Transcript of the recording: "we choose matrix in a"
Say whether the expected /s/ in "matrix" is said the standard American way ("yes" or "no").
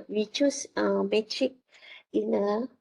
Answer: no